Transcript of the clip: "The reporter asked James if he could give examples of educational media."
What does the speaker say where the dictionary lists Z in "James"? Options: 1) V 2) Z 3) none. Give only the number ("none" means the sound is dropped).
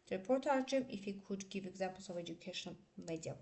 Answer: 3